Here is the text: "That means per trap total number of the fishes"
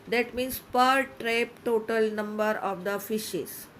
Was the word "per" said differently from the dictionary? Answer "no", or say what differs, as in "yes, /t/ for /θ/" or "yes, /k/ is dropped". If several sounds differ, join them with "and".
no